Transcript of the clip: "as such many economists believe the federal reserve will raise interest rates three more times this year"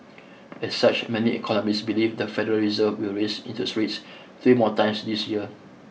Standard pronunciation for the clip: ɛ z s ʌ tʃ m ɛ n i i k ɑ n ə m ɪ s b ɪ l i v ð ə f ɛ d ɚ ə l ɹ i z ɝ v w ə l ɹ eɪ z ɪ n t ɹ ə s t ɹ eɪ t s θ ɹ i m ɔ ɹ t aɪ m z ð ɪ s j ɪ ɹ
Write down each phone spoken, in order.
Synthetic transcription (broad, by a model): ɛ s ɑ tʃ m ɛ n i i k ɑ n ə m ɪ s b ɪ l i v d ə f ɛ d ɚ ə l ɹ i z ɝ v w ə l ɹ eɪ s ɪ n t ə s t ɹ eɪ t s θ ɹ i m ɔ t aɪ m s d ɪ s j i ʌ